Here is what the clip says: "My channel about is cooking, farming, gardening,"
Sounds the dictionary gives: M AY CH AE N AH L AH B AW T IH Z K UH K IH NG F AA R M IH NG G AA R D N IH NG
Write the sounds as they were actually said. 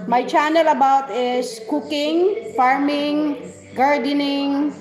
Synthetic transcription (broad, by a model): M AY CH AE N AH L AH B AW T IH S K UH K IH NG F AA R M IH NG G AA R D N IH NG